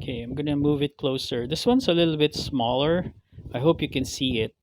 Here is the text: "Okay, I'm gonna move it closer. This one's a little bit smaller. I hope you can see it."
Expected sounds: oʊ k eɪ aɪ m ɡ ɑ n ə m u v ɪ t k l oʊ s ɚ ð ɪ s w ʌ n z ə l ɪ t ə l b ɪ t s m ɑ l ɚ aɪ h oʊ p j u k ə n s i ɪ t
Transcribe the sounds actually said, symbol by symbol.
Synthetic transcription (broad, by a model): k eɪ aɪ m ɡ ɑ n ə m u v ɪ t k l oʊ s ɚ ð ɪ s w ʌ n s ə l ɪ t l b ɪ t s m ɑ l ɚ aɪ h oʊ p j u k ə n s i ɪ t